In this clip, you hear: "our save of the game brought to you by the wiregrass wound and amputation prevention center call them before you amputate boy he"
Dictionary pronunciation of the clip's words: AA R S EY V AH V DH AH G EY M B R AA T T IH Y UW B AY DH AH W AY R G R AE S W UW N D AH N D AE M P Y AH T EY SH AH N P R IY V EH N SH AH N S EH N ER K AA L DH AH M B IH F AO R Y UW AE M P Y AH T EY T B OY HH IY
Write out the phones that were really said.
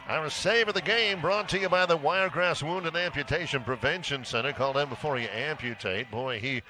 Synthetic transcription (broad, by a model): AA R S EY V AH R DH AH G EY M B R AA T T IH Y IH B AY DH AH W AY R G R AE S W UW N D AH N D AE M P Y AH T EY SH AH N P R IY V EH N SH AH N S EH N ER K AA L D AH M B IH F AO R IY AE M P Y AH T EY T B OY IY